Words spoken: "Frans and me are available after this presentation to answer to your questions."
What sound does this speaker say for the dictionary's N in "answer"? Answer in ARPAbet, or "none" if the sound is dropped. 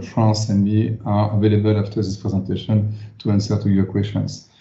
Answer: N